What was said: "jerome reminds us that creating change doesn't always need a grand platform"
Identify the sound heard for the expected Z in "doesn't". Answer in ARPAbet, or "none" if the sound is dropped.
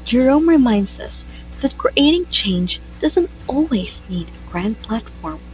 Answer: Z